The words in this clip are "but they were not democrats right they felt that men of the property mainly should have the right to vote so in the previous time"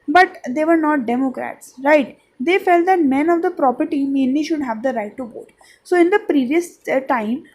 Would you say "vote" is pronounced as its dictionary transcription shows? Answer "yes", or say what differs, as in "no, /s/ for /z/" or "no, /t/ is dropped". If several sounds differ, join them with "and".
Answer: no, /b/ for /v/